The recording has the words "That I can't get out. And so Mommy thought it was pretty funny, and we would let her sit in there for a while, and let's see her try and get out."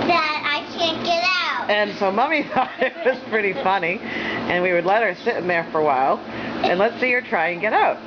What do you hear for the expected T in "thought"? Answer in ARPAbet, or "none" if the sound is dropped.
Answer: none